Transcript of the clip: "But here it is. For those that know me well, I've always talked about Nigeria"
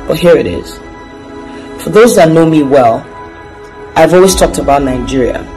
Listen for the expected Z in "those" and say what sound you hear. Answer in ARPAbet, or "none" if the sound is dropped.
Z